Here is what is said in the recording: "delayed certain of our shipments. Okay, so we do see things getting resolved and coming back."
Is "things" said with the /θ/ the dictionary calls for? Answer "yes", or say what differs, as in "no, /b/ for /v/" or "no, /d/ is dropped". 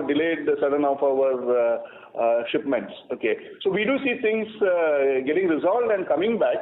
no, /t/ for /θ/